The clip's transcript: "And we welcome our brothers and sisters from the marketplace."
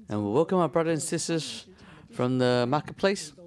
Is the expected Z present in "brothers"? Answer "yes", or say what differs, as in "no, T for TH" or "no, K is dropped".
no, Z is dropped